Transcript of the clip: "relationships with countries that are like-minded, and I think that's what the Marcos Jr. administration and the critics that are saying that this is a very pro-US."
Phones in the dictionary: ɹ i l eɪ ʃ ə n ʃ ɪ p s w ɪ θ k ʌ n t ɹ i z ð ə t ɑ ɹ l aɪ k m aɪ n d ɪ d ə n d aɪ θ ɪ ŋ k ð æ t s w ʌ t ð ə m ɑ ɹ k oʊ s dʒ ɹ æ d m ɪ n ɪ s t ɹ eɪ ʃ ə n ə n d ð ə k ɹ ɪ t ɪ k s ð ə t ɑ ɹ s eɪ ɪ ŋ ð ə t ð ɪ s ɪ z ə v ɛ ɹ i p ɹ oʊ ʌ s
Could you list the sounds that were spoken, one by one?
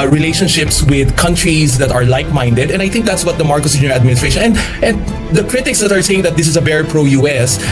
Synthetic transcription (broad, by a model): ɹ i l eɪ ʃ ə n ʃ ɪ p s w ɪ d k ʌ n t ɹ i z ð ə t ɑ ɹ l aɪ k m aɪ n d ɪ d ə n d aɪ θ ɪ ŋ k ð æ t s w ʌ t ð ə m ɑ ɹ k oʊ s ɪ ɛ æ d m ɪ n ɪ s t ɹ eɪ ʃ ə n ə n d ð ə k ɹ ɪ t ɪ k s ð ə t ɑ ɹ s eɪ ɪ ŋ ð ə t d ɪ s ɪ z ə b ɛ ɹ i p ɹ oʊ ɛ s